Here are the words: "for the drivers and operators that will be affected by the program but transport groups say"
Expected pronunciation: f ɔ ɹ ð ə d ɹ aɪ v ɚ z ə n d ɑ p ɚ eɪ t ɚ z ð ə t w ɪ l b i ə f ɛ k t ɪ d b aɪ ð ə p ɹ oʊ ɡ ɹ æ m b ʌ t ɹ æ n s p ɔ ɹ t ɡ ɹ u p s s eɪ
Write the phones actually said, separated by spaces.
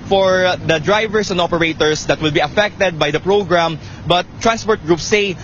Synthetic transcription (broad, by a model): f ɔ ɹ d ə d ɹ aɪ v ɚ s ə n d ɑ p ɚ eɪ t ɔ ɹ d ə t w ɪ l b i ə f ɛ k t ɪ d b aɪ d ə p ɹ oʊ ɡ ɹ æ m b ʌ t ɹ æ n s p ɔ ɹ t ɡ ɹ u p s s eɪ